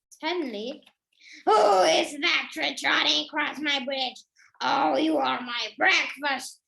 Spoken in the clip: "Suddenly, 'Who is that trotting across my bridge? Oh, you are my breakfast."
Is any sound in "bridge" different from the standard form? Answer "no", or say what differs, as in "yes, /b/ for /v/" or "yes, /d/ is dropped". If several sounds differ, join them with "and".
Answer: no